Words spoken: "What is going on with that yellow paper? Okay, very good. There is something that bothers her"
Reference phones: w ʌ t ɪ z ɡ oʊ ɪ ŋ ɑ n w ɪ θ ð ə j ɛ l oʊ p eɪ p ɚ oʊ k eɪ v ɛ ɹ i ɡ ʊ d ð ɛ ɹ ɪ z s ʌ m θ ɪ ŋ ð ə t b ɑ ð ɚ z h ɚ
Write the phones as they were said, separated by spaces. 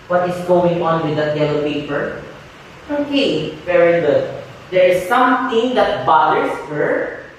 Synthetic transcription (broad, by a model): w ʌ t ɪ s ɡ oʊ ɪ ŋ ɑ n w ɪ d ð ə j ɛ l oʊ p eɪ p ɚ oʊ k eɪ v ɛ ɹ i ɡ ʊ d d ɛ ɹ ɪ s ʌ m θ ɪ ŋ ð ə t b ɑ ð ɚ s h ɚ